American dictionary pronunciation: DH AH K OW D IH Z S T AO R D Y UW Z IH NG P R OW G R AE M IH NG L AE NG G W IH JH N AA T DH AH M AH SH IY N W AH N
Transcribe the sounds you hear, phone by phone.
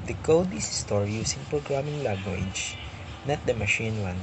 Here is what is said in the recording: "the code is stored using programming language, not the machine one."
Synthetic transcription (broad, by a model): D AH K OW D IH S S T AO R Y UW S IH NG P R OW G R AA M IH NG L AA G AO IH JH N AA T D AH M AH SH IY N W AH N